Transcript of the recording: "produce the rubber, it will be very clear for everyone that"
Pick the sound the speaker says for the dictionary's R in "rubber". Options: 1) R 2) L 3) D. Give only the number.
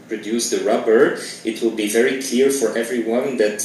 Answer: 1